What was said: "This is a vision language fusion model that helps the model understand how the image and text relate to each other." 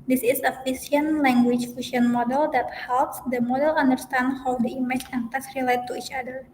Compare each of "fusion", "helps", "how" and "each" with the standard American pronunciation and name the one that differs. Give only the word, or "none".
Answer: fusion